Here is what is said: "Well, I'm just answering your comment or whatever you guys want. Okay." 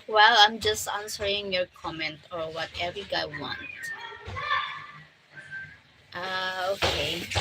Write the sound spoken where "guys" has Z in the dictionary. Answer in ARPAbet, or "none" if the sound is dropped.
none